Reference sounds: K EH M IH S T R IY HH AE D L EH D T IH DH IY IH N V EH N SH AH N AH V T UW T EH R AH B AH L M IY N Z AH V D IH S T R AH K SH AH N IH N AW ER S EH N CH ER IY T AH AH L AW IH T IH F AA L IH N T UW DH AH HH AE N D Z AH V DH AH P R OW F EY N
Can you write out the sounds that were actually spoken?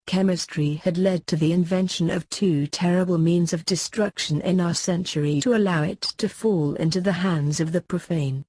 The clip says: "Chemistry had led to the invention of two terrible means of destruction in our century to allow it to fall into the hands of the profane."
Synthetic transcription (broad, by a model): K EH M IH S T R IY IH D L EH D T IH DH IY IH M V EH N SH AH N AH V T UW T EH R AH B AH L M IY N Z AH V D IH S T R AH K SH AH N IH N AW ER S EH N CH ER IY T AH AH L AW IH T IH F AA L IH N T UW DH AH HH AE N D Z AH V DH AH P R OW F EY N